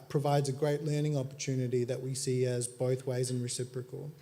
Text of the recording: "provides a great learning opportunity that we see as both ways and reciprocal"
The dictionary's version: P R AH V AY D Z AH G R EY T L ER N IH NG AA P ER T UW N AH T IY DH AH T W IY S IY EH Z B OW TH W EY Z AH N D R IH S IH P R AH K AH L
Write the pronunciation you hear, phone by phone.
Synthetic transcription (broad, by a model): P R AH V AY D Z AH G R EY T L ER N IH NG AA P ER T UW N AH T IY DH AH T W IY S IY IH Z B OW TH W EY Z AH N R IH S IH P R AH K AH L